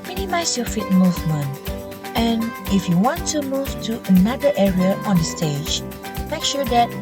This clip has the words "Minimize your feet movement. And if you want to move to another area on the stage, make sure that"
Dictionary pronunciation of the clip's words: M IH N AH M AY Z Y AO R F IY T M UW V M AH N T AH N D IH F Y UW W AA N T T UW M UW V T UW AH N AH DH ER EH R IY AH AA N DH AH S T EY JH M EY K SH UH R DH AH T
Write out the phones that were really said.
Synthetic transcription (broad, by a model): M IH N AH M AY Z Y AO F IY T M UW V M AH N AH N IH F Y UW W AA N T T UW M UW V T UW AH N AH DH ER EH R IY AH AA N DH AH S T EY JH M EY K SH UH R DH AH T